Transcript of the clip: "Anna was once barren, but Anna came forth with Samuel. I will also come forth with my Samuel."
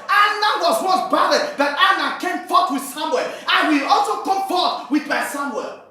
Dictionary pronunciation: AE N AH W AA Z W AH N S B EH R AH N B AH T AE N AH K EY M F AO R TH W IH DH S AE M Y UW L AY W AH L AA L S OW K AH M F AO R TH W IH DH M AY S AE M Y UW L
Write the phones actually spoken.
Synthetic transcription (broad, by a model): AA N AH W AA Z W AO S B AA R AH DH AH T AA N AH K EY M F AO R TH W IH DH S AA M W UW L AY W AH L AA L S OW K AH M F AO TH W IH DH M AY S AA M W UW L